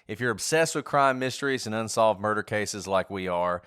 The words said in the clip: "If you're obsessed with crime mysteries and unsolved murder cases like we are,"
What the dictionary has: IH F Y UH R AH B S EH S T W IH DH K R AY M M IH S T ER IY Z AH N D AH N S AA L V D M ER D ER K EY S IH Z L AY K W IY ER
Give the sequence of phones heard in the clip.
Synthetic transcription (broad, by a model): IH F Y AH R AH B S EH S T W IH DH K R AY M M IH S T ER IY Z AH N AH N S AA L V D M ER D ER K EY S IH Z L AY K W IY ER